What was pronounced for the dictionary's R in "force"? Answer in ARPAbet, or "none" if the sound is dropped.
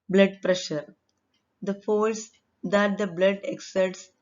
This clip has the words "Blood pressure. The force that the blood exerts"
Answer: L